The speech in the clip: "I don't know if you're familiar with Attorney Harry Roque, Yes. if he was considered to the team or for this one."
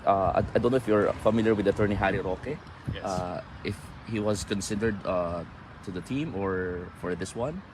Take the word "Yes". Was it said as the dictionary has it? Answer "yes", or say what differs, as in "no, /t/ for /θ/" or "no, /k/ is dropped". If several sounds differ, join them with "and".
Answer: no, /s/ is dropped